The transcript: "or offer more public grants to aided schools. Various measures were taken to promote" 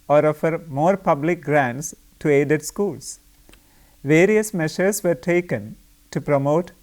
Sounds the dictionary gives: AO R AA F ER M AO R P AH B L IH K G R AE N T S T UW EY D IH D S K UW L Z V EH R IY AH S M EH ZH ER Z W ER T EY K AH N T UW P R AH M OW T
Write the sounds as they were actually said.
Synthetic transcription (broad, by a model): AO R AA F ER M AO R P AH B L IH K G R AE N T S T UW EY D IH D S K UW L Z V EH R IY AH S M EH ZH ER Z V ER T EY K AH N T UW P R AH M OW T